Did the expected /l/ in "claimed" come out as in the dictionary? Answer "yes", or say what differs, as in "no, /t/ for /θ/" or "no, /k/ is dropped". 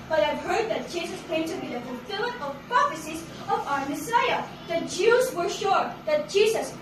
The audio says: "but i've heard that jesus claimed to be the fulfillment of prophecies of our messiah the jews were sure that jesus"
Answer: no, /l/ is dropped